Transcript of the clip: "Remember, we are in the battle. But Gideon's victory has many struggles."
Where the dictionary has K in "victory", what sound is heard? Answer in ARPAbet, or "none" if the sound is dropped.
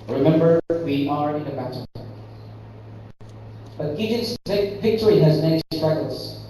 K